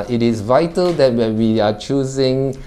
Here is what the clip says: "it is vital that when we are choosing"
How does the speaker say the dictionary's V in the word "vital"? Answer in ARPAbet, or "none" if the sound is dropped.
V